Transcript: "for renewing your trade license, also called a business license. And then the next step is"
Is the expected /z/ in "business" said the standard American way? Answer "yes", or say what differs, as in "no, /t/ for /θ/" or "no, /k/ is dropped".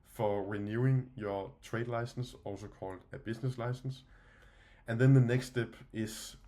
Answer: no, /s/ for /z/